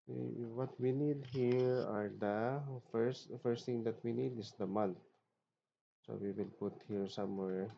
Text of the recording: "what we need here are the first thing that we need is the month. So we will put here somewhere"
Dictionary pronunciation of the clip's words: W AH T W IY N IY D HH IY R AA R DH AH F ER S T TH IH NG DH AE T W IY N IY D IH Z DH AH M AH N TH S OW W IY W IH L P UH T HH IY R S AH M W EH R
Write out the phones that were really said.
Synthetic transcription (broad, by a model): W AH T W IY N IY D HH IY R AA R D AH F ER S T T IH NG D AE T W IY N IY D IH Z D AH M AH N T S OW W IY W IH L P UH T HH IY R S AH M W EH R